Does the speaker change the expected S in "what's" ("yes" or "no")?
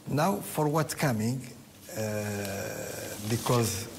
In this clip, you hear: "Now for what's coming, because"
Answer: yes